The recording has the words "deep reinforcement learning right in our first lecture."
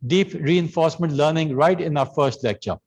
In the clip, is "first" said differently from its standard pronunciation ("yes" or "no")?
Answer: no